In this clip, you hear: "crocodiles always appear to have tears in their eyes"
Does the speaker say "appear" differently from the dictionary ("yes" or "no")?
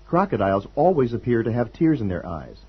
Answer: no